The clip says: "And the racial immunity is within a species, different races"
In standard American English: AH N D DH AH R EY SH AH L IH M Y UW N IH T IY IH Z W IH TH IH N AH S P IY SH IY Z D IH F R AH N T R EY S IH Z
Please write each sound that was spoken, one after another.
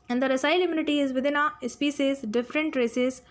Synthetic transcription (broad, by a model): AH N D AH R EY S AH L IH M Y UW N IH T IY IH Z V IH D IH N AH S P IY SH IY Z D IH F R AH N T R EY S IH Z